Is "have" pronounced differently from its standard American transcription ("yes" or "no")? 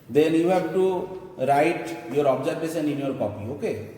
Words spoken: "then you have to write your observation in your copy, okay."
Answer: yes